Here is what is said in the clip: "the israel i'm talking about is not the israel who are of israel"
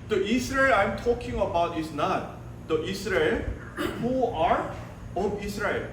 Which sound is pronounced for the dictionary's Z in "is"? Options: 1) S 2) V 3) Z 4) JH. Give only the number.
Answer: 1